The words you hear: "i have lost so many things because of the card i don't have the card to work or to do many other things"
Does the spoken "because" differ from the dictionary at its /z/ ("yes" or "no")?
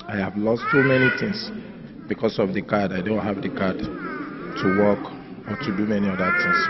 yes